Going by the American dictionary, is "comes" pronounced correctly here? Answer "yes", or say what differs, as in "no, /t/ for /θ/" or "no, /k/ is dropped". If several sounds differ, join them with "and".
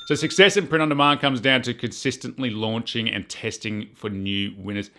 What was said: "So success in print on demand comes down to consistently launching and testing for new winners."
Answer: yes